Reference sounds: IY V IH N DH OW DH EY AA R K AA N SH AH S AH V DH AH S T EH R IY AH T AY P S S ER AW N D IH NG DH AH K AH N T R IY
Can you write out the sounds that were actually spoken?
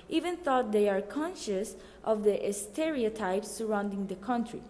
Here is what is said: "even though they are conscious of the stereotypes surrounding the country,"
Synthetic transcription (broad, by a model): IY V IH N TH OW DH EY AA R K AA N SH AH S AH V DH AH S T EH R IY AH T AY P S S ER AW N D IH NG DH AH K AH N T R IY